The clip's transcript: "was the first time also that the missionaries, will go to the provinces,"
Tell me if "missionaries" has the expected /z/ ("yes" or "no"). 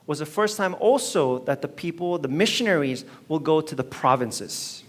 yes